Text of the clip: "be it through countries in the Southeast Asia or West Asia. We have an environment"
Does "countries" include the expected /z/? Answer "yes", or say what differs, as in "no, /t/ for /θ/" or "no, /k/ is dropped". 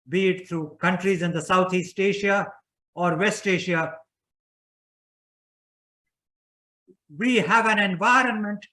yes